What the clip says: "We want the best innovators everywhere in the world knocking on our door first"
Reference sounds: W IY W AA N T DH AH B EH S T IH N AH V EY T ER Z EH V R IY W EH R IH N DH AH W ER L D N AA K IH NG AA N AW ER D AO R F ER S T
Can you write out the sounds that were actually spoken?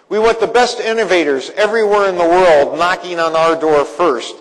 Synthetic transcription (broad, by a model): W IY W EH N DH AH B EH S T IH N AH V EY T ER Z EH V R IY W EH R IH N DH AH W ER L D N AA K IH NG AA N AW ER D AO R F ER S T